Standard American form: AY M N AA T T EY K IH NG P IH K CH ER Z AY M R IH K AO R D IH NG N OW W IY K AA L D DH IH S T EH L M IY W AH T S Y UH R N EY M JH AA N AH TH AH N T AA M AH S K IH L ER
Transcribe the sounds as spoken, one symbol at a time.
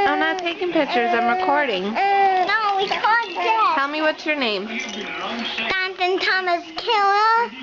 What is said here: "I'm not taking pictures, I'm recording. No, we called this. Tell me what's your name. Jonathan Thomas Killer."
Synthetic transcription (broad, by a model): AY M N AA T T EY K IH NG P IH K CH ER Z AY M R IH K AO R D IH NG N OW W IY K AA D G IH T T EH L M IY W AH T S Y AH R N EY M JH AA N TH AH N T AA M AH S K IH L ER